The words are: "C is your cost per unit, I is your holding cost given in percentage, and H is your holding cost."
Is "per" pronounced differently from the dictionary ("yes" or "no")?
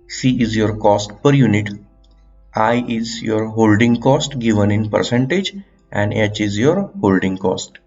no